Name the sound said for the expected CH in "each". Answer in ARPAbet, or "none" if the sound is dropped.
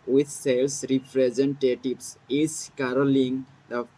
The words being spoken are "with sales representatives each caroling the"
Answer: S